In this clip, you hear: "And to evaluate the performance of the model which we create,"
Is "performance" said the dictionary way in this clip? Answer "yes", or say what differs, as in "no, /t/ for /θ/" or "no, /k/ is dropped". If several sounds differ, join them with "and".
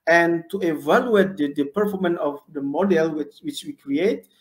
no, /s/ is dropped